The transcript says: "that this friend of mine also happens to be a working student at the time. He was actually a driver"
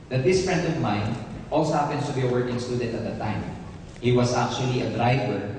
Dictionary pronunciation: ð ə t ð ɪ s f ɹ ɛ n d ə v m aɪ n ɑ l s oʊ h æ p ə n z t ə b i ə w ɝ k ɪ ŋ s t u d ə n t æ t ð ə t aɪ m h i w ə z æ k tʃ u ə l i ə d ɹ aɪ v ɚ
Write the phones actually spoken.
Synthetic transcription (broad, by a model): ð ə t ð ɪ s f ɹ ɛ n d ə v m aɪ n ɑ l s oʊ h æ p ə n s t ə b i ə w ɝ k ɪ ŋ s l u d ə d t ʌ t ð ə t aɪ m h i w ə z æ k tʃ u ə l i ə d ɹ aɪ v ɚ